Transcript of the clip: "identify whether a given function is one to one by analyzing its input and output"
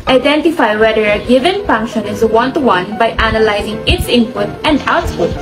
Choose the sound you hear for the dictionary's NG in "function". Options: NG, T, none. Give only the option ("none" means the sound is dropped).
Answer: NG